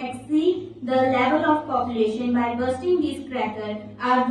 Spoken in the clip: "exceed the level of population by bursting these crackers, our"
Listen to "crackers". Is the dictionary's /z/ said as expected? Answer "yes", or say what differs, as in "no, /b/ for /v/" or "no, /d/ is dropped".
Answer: no, /z/ is dropped